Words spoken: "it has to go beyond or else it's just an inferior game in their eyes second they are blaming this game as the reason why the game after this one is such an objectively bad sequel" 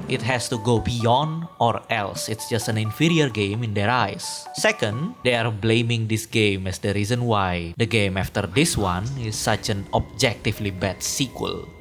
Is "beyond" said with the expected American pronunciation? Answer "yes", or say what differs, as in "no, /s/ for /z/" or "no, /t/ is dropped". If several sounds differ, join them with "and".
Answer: yes